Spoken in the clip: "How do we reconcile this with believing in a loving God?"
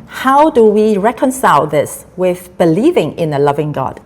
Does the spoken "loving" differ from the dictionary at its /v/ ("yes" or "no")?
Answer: no